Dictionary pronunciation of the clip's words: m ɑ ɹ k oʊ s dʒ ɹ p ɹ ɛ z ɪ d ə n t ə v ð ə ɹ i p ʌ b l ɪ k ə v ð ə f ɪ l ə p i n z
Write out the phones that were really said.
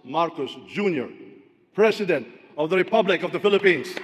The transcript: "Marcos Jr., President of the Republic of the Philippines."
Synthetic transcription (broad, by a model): m ɑ ɹ k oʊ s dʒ ɹ p ɹ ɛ s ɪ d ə n t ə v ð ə ɹ i p ʌ b l ɪ k ə v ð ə f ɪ l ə p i n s